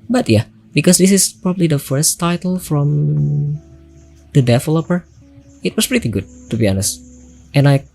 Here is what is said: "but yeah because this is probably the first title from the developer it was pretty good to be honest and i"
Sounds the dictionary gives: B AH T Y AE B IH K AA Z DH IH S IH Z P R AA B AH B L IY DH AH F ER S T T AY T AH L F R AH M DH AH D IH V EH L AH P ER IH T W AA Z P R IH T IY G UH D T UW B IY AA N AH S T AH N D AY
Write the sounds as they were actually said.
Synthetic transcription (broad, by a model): B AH T Y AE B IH K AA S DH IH S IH S P R AA B AH B L IY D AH F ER S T T AY T AH L F R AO M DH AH D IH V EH L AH P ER IH T W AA S P R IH T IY G UH D T UW B IY AA N AH S T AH N AY